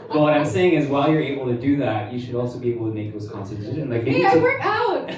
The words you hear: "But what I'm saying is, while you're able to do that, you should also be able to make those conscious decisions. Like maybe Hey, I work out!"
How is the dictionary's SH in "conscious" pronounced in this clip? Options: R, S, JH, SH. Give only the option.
S